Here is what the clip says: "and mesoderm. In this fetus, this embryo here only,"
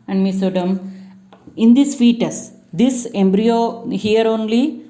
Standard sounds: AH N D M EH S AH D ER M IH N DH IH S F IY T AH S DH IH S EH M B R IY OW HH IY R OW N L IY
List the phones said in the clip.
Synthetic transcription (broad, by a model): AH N D M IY S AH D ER M IH N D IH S F IY T AH S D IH S EH M B R IY OW HH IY R OW N L IY